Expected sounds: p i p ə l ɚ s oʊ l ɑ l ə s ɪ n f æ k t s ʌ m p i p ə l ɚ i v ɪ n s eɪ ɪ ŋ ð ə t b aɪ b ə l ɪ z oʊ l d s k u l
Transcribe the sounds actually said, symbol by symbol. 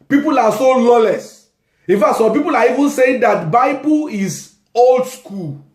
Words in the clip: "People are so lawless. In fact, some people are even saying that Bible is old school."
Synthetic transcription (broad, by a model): p i p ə l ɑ s oʊ l ɑ l ə s ɪ n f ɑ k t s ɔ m p i p ə l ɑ i v ɪ n s eɪ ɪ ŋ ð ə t b aɪ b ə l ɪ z oʊ l d s k u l